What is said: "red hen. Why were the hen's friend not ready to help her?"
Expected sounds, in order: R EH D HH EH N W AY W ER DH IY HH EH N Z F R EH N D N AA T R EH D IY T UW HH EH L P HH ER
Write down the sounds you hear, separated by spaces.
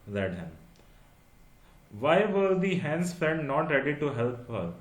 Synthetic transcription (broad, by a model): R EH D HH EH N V AY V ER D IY HH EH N S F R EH D N AA T R EH D IY T UW HH EH L P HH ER